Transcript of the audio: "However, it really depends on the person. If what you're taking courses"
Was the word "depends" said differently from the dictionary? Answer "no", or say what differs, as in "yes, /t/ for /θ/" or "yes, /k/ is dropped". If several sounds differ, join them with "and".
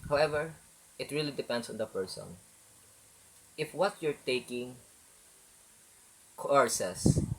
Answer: yes, /s/ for /z/